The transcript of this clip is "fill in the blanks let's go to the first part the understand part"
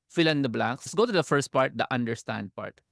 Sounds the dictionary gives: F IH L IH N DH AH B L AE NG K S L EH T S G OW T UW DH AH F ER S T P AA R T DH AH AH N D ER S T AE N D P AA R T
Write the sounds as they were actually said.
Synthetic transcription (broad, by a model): F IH L IH N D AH B L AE K S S G OW T UW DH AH F ER S T P AA R T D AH AH N D ER S T AE N D P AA R T